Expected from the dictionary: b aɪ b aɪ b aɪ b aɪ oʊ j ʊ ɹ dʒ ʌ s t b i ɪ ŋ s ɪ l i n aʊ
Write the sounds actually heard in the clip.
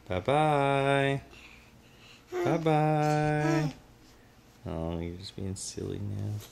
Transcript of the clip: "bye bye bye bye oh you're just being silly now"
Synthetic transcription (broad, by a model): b aɪ b aɪ b aɪ b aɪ oʊ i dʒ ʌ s b i ɪ ŋ s ɪ l i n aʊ